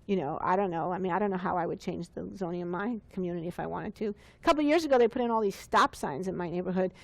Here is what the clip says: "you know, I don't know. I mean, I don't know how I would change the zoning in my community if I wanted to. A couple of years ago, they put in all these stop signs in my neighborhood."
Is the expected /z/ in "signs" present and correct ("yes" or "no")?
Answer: yes